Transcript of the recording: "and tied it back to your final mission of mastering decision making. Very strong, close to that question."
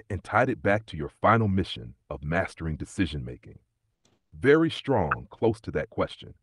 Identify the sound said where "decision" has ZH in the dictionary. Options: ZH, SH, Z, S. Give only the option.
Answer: ZH